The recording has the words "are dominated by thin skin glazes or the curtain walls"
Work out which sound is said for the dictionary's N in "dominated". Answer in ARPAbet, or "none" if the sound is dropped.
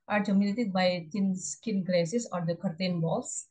L